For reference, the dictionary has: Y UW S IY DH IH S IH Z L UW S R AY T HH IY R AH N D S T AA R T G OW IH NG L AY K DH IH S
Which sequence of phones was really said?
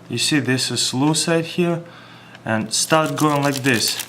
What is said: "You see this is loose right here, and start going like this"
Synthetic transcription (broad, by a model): Y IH S IY DH IH S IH S L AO S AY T HH IY R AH N S T AA R T G OW IH NG L AY K DH IH S